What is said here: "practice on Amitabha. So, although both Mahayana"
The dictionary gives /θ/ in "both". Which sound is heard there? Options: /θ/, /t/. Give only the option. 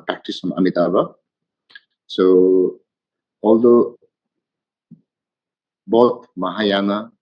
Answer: /t/